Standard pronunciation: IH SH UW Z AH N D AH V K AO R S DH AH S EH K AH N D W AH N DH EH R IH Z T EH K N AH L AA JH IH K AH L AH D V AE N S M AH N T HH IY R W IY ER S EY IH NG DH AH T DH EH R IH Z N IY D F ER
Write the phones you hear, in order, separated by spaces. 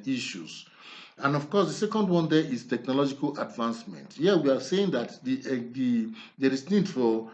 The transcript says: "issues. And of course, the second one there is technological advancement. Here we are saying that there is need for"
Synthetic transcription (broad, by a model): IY SH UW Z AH N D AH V K AO S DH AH S EH K AH N D W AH N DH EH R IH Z T EH K N AH L AA JH IH K AH L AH D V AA N S M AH N T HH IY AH W IY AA S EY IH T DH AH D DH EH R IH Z N IY D F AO